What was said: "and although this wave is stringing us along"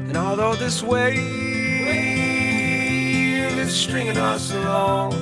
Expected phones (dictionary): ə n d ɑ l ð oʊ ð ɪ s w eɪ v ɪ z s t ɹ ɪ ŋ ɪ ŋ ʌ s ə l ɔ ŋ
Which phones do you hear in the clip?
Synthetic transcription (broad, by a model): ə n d ɑ l ð oʊ ð ɪ s w eɪ w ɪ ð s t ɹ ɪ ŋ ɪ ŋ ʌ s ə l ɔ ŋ